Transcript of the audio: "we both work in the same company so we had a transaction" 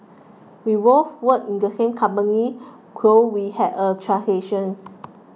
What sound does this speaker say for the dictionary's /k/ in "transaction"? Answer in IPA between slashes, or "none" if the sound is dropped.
none